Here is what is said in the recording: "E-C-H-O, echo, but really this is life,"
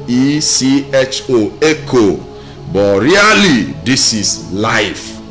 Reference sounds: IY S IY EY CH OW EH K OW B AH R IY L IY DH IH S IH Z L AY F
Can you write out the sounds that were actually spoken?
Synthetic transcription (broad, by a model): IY S IY EY CH OW EH K OW B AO R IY L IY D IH S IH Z L AY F